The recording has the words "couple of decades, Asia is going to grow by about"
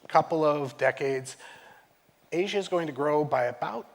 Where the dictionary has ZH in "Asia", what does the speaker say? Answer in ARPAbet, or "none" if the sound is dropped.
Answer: ZH